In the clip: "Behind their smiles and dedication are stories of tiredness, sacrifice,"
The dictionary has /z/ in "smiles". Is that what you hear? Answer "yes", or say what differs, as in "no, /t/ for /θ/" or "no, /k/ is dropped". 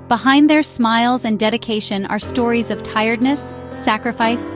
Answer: yes